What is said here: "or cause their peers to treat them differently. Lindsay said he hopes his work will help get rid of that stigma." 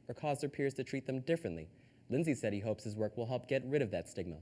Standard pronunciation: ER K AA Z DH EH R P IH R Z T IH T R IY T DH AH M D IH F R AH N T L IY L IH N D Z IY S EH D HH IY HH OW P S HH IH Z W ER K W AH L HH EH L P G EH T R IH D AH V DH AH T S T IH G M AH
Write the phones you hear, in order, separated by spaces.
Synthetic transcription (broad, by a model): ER K AA Z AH R P IH R Z T IH T R IY T DH AH M D IH F R AH N T L IY L IH N Z IY S EH D HH IY HH OW P S HH IH Z W ER K W AH L HH EH L P G EH T R IH D AH V DH AH T S IH G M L